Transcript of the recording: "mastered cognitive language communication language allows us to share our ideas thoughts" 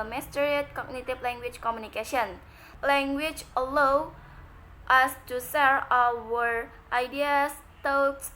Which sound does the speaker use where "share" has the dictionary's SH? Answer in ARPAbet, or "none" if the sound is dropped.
S